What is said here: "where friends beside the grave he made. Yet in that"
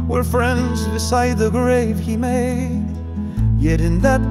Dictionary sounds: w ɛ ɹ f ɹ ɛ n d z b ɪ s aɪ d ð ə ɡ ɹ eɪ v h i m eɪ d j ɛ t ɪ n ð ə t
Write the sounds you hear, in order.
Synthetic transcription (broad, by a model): w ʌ ɹ f ɹ ɛ n d z b ɪ s aɪ d ð ə ɡ ɹ eɪ v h i m eɪ d j ɛ t ɪ n ð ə t